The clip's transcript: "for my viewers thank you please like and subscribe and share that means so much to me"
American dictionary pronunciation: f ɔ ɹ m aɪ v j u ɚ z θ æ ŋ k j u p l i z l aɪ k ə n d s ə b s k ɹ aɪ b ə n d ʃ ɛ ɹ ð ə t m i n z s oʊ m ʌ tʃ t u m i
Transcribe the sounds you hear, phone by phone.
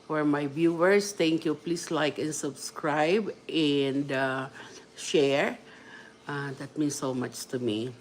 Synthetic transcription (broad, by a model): f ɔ ɹ m aɪ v j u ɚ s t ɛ ŋ k j u p l i s l aɪ k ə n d s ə b s k ɹ aɪ b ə n d ʃ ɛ ɹ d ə t m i n s oʊ m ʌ tʃ t u m i